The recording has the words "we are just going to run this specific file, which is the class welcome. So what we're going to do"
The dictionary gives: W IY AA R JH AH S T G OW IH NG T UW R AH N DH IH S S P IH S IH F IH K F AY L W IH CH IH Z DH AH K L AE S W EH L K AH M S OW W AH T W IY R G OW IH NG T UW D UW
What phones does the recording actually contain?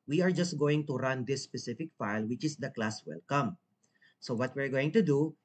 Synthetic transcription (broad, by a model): W IY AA R JH AH S T G OW IH NG T UW R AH N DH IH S S P IH S IH F IH K F AY L W IH CH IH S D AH K L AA S W EH L K AH M S OW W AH T W IY R G OW IH NG T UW D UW